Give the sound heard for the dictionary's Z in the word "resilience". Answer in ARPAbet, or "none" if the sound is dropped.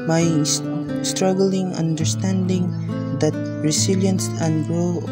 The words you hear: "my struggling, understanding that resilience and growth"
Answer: S